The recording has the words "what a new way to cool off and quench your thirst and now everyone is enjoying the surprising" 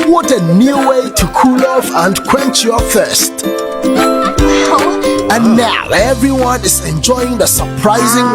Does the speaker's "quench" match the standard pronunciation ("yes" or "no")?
yes